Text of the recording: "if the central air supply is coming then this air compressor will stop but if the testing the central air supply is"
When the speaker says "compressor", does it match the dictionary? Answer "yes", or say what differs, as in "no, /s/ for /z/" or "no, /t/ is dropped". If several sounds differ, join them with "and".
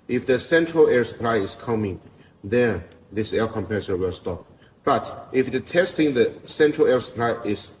no, /ɹ/ is dropped